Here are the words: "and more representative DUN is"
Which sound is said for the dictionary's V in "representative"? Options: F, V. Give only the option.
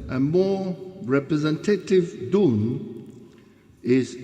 V